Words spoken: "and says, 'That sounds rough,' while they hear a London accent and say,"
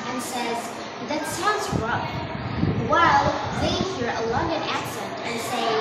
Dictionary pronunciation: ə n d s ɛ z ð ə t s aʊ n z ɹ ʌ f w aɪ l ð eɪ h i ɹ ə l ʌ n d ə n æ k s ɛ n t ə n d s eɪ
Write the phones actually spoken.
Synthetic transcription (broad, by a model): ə n s ɛ z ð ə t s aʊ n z ɹ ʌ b w aɪ l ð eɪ h i ɹ ə l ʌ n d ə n æ k s ɛ n t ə n s eɪ